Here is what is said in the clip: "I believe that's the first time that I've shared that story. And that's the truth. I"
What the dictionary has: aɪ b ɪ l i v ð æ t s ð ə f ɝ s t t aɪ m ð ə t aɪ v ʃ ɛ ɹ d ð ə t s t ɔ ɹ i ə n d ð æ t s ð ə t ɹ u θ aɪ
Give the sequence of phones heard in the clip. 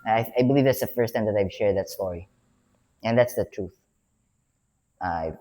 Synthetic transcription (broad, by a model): aɪ b ɪ l i v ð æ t s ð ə f ɝ s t t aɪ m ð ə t aɪ v ʃ ɛ ɹ d ð ə t s t ɔ ɹ i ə n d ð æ t s ð ə t ɹ u θ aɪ